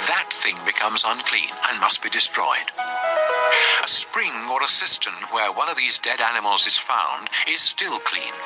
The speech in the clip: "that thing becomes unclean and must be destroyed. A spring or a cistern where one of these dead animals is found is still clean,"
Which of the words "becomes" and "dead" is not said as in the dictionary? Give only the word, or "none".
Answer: none